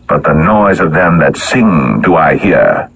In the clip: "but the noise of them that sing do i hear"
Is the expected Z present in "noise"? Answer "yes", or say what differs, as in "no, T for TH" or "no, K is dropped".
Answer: yes